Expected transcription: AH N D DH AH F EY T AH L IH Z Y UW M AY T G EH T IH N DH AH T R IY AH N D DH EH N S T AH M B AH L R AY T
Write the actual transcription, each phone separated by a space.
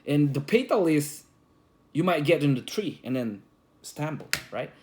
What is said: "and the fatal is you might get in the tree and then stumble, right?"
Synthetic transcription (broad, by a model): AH N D DH AH P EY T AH L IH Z Y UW M AY T G EH T IH N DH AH T R IY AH N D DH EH N S T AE M B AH L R AY T